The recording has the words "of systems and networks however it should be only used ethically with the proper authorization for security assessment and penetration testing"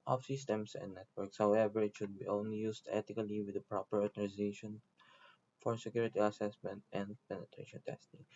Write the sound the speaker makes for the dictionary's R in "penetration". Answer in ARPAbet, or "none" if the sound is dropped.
R